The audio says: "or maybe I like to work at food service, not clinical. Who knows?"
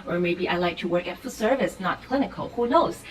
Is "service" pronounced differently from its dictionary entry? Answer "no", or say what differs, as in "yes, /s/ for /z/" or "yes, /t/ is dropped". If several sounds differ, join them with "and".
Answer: no